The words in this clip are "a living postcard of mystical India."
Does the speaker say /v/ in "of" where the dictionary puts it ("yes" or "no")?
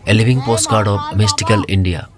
no